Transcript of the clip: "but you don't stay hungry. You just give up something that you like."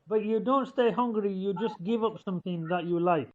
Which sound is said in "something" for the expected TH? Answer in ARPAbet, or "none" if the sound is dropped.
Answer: TH